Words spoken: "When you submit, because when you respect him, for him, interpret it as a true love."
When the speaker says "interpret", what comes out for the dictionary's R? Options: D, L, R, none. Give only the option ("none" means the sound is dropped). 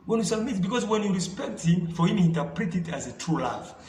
R